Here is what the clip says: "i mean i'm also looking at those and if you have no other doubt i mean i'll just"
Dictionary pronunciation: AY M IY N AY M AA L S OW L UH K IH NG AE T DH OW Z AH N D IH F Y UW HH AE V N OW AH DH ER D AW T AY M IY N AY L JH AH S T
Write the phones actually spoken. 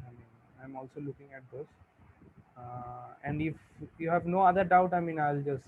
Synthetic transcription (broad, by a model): AY M IY N AY M AA L S OW L UH K IH NG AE T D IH S AH N D IH F Y UW HH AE V N OW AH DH ER D AW T AY M IY N AY L JH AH S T